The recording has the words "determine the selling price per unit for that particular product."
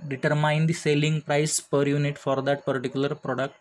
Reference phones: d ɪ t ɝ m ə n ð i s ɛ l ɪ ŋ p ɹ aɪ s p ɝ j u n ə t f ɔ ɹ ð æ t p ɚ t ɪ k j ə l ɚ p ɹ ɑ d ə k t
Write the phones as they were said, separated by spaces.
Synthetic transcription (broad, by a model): d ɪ t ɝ m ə n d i s ɛ l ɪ ŋ p ɹ aɪ s p ɝ j u n ə t f ɔ ɹ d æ t p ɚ t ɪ k j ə l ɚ p ɹ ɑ d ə k t